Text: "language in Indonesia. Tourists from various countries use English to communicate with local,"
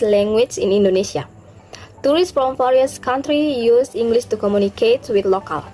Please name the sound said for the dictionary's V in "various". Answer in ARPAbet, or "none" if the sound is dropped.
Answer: F